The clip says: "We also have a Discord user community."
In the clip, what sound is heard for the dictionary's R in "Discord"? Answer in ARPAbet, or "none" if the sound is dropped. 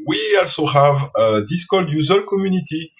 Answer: L